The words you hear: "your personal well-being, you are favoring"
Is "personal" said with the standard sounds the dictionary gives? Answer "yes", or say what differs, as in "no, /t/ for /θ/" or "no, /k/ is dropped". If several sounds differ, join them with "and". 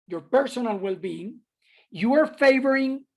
yes